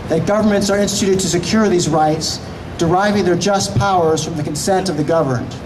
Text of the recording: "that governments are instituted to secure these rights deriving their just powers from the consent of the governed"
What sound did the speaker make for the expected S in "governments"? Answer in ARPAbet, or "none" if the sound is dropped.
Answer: S